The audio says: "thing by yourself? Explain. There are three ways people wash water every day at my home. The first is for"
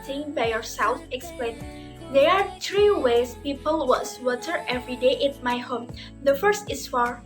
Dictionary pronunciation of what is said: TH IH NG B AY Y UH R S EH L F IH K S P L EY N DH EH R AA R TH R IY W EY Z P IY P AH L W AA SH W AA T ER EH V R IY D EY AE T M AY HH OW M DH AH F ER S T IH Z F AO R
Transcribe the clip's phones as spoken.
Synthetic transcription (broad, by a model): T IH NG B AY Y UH R S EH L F IH K S P L EY N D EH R AA R T R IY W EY S P IY P AH L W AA S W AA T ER EH V R IY D EY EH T M AY HH OW M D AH F ER S T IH S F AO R